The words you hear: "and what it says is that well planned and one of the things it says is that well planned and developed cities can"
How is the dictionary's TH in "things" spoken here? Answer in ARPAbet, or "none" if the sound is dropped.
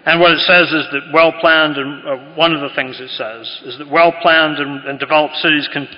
TH